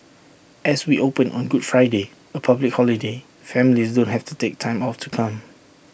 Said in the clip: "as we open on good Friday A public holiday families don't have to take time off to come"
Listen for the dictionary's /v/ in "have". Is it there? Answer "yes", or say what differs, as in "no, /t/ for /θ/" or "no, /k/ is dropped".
no, /f/ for /v/